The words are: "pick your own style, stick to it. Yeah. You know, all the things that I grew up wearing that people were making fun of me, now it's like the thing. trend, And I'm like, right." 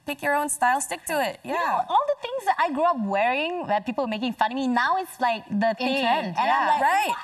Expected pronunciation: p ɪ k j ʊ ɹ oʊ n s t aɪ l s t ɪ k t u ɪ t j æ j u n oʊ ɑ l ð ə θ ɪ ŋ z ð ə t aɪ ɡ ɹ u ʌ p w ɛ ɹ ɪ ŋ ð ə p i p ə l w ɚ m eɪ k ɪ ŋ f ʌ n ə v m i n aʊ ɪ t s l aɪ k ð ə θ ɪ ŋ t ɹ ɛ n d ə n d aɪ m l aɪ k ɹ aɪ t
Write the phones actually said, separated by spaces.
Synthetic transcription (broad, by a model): p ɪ k j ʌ ɹ oʊ n s t aɪ l s t ɪ k t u ɪ t j æ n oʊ ɑ l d ə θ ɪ ŋ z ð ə t aɪ ɡ ɹ u ʌ p w ɛ ɹ ɪ ŋ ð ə p i p ə l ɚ m eɪ k ɪ ŋ f ʌ n m i n aʊ ɪ t s l aɪ k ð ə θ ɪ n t ɛ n ə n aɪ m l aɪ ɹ aɪ t